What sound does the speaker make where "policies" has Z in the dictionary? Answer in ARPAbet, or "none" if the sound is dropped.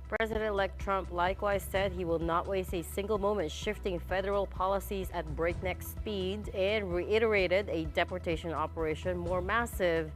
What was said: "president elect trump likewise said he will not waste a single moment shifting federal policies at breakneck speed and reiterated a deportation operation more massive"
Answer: Z